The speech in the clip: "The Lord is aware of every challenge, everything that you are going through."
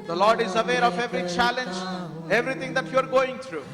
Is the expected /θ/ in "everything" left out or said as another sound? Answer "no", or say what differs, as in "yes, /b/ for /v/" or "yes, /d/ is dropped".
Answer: yes, /t/ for /θ/